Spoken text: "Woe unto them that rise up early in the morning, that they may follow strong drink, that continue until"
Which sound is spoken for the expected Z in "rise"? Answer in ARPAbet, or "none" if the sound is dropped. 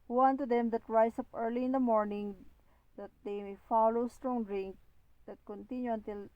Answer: S